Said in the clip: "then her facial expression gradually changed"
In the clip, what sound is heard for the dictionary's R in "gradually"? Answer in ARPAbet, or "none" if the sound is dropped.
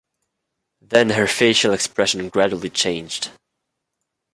R